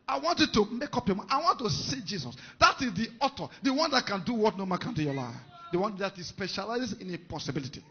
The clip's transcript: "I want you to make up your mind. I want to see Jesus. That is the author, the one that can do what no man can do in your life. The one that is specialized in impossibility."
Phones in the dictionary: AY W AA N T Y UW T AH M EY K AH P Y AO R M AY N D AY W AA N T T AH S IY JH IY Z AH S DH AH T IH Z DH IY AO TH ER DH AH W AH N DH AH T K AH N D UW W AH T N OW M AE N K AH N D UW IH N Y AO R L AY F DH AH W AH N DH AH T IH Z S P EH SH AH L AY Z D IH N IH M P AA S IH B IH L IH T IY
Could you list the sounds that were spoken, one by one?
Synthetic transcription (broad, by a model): AY W AA N T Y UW T AH M EY K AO P Y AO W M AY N AY W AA N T T AH S IY JH IY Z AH S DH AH T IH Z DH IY AO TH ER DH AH W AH N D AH T K AH N D UW W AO T N OW M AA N K AH N D UW Y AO L AY F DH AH W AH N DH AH T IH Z S P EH SH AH L AY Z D IH N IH P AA S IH B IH L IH T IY